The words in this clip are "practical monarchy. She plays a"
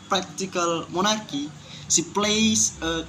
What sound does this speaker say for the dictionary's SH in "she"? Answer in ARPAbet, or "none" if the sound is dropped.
S